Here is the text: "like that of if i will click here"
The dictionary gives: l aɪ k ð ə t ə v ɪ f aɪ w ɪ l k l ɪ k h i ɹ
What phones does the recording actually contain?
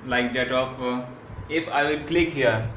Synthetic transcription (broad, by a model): l aɪ k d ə t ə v ɪ f aɪ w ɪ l k l ɪ k h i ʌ